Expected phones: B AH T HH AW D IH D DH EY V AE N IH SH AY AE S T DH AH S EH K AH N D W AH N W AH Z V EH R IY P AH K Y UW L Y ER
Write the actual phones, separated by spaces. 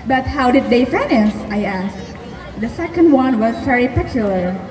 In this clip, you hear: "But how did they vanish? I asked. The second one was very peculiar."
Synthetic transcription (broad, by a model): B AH T HH AW D IH D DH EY F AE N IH S AY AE S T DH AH S EH K AH N D W AH N W AH Z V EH R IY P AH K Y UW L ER